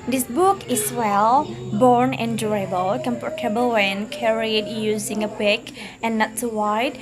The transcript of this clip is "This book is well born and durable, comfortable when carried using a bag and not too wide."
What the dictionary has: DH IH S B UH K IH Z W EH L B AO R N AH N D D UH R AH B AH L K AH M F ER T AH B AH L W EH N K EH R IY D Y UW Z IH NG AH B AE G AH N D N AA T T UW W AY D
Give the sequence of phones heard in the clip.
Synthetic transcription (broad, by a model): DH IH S B UH K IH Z W EH L B AO R N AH N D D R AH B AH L K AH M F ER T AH B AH L W EH N K EH R IY D Y UW Z IH NG AH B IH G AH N N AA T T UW W AY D